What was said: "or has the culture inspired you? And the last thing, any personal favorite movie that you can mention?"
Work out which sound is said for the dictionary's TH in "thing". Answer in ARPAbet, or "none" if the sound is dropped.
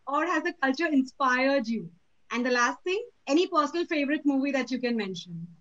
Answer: T